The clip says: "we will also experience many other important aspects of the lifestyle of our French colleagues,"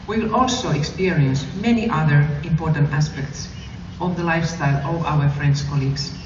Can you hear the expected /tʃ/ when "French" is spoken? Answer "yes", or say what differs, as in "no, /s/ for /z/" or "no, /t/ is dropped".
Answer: no, /s/ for /tʃ/